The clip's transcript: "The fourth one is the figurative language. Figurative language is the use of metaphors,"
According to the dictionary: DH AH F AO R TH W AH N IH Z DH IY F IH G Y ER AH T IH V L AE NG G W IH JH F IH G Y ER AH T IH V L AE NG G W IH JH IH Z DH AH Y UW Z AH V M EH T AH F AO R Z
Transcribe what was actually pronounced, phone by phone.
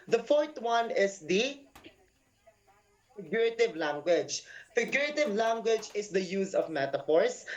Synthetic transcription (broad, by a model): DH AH F AO R T W AH N IH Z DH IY F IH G Y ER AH T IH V L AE NG G W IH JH F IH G Y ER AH T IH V L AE NG G W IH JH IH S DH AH Y UW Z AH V M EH T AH F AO R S